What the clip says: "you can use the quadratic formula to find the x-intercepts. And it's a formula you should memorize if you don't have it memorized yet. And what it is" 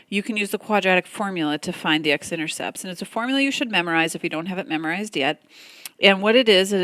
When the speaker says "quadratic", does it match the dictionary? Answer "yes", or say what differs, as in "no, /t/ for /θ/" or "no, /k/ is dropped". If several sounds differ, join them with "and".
yes